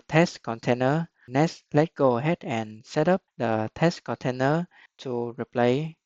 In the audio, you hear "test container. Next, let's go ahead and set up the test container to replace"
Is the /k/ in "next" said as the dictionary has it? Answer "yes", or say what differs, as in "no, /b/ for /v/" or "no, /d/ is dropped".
no, /k/ is dropped